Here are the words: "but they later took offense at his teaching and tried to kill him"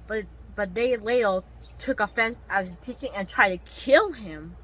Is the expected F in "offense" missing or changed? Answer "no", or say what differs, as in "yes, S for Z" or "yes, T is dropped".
no